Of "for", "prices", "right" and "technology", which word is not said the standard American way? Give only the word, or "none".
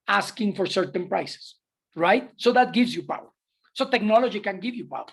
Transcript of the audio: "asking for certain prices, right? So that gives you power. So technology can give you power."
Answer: prices